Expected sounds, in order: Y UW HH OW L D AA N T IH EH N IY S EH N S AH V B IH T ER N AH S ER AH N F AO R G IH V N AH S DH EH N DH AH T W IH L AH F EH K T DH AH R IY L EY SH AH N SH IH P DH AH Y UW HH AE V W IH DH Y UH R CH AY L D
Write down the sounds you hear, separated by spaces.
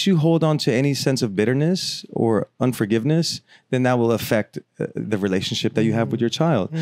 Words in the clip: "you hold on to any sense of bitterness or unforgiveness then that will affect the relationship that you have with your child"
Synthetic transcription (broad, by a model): Y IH HH OW L D N T IH EH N IY S EH N S AH V B IH T ER N AH S ER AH N F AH R G IH V N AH S DH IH N DH AH T W IH L AH F EH K T DH AH R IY L EY SH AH N SH IH P DH AH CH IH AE V W IH DH Y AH R CH AY L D